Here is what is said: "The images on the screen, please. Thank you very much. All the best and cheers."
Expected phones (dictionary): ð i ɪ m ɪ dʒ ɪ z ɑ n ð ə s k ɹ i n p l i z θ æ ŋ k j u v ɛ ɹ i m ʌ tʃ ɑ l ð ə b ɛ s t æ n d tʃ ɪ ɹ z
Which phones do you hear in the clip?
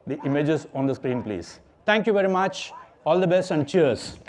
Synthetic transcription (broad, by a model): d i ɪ m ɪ dʒ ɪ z ɑ n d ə s k ɹ i n p l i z t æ ŋ k j u v ɛ ɹ i m ʌ tʃ ɑ l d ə b ɛ s t æ n d tʃ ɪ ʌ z